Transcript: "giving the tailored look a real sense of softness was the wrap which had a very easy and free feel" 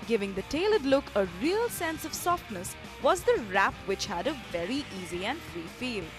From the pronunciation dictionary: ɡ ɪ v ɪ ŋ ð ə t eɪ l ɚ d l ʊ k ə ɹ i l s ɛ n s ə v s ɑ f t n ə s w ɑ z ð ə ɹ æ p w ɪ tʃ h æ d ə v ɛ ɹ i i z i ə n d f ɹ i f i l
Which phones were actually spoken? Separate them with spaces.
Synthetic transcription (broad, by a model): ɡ ɪ v ɪ ŋ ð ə t eɪ l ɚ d l ʊ k ə ɹ i l s ɛ n s ə v s ɑ f t n ə s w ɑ z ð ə ɹ æ p w ɪ tʃ h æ d ə v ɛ ɹ i i z i ə n d f ɹ i f i l